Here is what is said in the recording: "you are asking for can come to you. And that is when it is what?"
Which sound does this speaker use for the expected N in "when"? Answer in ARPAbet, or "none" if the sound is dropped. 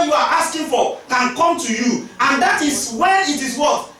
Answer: none